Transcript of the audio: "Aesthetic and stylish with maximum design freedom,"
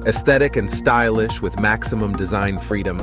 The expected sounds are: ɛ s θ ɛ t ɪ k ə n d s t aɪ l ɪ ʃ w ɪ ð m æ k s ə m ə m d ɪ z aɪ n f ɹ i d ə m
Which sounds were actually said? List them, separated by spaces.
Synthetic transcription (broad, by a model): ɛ s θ ɛ t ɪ k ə n s t aɪ l ɪ ʃ w ɪ ð m æ k s ə m ə m d ɪ z aɪ n f ɹ i d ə m